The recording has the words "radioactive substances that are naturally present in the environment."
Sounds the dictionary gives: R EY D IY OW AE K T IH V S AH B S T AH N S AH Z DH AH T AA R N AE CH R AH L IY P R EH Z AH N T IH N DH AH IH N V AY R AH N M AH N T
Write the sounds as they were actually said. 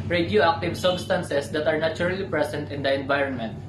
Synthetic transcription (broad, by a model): R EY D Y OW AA K T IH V S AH B S T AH N S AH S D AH T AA R N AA CH R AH L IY P R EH S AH N T IH N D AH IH N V AY R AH N M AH N T